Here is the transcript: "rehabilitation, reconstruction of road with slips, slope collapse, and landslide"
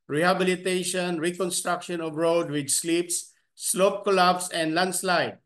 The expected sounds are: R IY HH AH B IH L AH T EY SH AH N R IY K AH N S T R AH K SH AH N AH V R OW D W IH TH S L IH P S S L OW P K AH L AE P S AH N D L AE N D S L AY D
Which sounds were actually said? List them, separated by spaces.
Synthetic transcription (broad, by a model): R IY HH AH B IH L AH T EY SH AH N R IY K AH N S T R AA K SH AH N AH V R OW D W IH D S L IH P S S L OW P K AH L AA B S AH N D L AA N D S L AY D